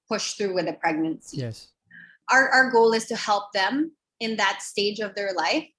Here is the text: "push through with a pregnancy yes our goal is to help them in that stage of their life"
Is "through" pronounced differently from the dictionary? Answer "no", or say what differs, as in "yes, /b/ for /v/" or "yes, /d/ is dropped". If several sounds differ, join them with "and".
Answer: no